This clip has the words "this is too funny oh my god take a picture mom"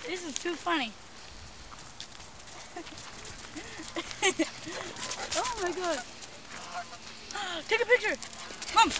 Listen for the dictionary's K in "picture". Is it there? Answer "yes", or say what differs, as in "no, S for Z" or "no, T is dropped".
yes